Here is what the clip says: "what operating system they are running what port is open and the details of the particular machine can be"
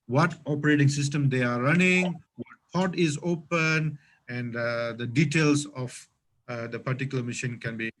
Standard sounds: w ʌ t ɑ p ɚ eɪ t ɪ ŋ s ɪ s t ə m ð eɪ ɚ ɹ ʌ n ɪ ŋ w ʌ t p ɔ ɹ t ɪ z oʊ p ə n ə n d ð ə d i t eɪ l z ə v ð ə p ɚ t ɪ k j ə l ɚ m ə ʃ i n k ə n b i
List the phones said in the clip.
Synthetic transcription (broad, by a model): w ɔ t ɑ p ɚ eɪ t ɪ ŋ s ɪ s t ə m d eɪ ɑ ɹ ʌ n ɪ ŋ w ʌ t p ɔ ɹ t ɪ z oʊ p ə n ə n d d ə d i t eɪ l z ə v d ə p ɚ t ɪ k j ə l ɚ m ə ʃ i n k ə n b i